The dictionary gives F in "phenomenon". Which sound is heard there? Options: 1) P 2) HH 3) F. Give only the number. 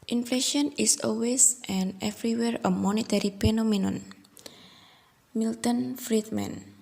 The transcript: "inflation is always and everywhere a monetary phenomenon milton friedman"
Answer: 1